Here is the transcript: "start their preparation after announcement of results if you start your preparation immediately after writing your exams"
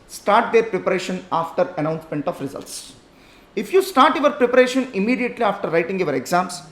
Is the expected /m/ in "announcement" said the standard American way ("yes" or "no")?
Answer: yes